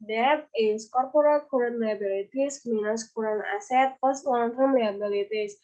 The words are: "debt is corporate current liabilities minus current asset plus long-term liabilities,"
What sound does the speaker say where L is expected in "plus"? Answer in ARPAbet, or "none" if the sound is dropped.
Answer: none